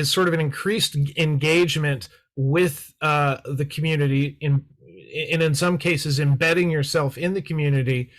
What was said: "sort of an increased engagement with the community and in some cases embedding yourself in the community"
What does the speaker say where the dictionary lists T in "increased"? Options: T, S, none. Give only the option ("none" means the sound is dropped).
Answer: T